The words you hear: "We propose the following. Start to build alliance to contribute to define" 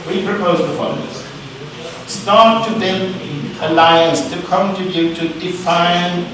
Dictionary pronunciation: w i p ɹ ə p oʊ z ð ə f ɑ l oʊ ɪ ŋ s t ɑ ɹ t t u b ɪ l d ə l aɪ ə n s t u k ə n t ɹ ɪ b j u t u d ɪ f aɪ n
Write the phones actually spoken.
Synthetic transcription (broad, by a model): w i p ɹ ə p oʊ z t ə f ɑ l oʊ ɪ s s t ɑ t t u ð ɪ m ə l aɪ ə n s t u k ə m t ɪ j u t u d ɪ f aɪ n